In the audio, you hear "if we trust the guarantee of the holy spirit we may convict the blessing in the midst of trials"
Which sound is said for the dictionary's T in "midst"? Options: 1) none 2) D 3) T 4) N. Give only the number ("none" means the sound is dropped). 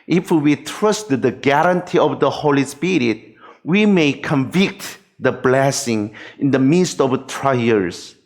3